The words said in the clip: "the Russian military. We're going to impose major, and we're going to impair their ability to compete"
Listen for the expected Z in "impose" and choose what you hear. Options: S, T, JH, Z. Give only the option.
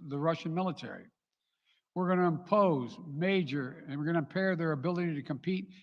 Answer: Z